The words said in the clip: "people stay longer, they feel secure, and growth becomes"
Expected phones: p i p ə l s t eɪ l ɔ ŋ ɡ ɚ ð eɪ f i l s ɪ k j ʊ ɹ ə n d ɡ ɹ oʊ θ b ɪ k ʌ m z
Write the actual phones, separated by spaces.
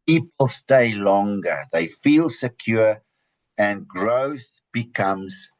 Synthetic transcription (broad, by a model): p i p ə l s t eɪ l ɔ ŋ ɡ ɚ ð eɪ f i l s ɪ k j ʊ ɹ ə n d ɡ ɹ oʊ θ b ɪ k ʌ m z